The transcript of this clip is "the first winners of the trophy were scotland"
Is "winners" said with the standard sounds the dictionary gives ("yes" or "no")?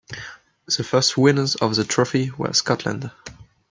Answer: yes